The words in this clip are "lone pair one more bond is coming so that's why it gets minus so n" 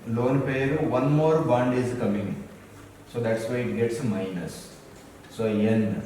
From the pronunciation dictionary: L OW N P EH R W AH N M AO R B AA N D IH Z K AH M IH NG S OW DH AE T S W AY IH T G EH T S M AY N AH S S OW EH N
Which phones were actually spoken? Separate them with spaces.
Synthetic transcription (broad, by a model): L OW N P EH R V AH N M AO R B AA N D IH Z K AH M IH NG S OW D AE T S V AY IH T G EH T S M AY N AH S S OW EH N